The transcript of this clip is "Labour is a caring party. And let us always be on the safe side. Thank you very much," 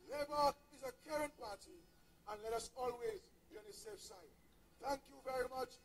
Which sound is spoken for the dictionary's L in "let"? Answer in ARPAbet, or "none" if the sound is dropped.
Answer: L